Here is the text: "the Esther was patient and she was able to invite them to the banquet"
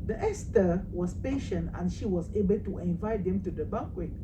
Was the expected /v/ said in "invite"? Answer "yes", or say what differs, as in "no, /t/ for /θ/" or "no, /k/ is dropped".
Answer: yes